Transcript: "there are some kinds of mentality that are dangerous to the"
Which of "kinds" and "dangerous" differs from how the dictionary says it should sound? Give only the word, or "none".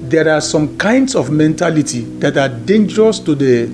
kinds